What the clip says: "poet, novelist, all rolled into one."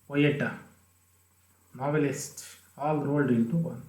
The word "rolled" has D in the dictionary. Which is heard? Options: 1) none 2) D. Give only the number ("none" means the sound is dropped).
2